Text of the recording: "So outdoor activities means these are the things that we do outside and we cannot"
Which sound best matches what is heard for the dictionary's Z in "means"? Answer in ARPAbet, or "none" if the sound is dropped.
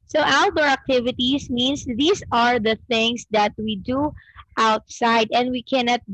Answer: S